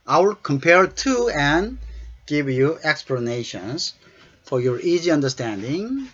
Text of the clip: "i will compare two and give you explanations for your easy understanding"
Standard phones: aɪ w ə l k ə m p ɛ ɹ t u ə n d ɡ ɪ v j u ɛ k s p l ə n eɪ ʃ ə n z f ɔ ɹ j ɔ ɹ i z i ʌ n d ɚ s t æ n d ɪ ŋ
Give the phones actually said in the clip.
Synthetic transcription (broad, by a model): aɪ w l k ə m p ɛ ɹ t u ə n ɡ ɪ v j u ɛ k s p l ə n eɪ ʃ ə n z f ɔ ɹ j ɔ ɹ i z i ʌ n d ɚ s t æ n d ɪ ŋ